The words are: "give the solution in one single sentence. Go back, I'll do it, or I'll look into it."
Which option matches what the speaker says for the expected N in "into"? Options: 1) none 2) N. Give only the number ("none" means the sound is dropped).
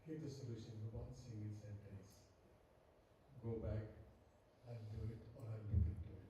1